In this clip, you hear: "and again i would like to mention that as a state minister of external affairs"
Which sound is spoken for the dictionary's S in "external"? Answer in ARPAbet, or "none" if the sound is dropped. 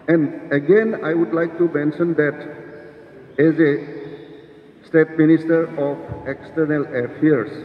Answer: S